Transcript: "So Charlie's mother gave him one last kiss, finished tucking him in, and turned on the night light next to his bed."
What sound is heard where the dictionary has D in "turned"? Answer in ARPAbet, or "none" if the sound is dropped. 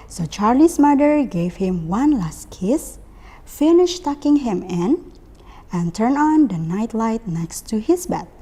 none